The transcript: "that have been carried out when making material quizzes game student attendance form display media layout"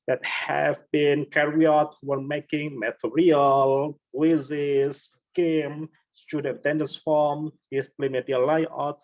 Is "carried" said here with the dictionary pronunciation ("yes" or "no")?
no